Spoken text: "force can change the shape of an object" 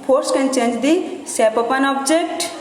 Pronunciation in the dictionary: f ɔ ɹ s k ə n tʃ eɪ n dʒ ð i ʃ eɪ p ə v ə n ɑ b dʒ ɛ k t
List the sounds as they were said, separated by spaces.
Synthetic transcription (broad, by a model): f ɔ ɹ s k ə n tʃ eɪ n dʒ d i s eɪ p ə p ə n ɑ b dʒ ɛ k t